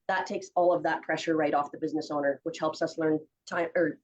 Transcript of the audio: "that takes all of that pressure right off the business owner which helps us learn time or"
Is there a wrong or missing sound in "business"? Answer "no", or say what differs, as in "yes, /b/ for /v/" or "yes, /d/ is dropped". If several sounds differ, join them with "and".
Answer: no